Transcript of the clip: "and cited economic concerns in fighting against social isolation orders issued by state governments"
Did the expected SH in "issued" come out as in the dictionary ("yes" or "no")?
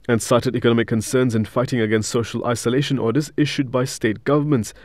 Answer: yes